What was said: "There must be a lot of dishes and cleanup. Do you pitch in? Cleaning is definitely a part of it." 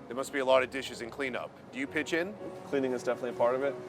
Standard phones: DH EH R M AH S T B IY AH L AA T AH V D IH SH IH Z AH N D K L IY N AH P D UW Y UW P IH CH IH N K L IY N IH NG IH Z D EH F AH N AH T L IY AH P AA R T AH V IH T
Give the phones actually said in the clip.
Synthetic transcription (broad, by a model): DH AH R M AH S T B IY AH L AA T AH V D IH SH IH Z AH N K L IY N AH P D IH Y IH P IH CH IH N K L IY N IH NG IH Z D EH F AH N AH T L IY P AA R T AH V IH T